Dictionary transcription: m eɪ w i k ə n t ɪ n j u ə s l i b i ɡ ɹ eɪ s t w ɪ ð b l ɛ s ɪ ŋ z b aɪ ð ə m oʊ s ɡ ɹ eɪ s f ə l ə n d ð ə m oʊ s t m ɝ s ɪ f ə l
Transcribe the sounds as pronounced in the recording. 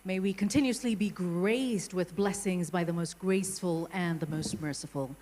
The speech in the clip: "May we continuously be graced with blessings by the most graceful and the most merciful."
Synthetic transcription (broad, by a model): m eɪ w i k ə n t ɪ n j u ə s l i b i ɡ ɹ eɪ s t w ɪ ð b l ɛ s ɪ ŋ z b aɪ ð ə m oʊ s ɡ ɹ eɪ s f ə l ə n ð ə m oʊ s t m ɝ s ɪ f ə l